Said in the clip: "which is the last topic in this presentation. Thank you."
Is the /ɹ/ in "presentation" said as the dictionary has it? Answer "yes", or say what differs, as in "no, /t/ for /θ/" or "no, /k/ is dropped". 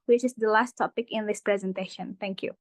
yes